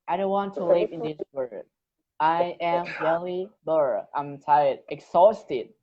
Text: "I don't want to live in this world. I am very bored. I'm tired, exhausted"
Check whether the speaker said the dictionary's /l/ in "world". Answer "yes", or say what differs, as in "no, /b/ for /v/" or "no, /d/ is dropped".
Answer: no, /l/ is dropped